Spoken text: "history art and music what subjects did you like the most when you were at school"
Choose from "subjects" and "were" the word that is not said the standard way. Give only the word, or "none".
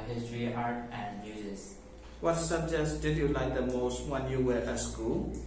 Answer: subjects